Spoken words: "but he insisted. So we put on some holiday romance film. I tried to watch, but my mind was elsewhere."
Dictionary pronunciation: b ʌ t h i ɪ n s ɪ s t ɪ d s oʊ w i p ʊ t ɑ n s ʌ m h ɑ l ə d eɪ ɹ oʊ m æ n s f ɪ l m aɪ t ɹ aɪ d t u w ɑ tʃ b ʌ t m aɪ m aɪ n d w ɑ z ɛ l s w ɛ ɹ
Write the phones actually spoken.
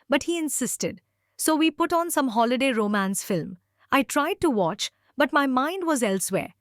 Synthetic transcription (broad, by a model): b ʌ t h i ɪ n s ɪ s t ɪ d s oʊ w i p ʊ t ɑ n s ʌ m h ɑ l ə d eɪ ɹ oʊ m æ n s f ɪ l m aɪ t ɹ aɪ d t u w ɑ tʃ b ʌ t m aɪ m aɪ n d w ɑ z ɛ l s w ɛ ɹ